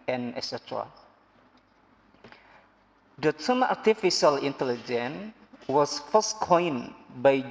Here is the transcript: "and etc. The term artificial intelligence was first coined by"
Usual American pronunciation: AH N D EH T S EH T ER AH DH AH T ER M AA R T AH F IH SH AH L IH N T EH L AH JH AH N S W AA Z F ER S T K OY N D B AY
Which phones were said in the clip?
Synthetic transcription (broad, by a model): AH N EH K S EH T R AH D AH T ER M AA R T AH F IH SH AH L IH N T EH L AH JH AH N W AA S F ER S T K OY N B AY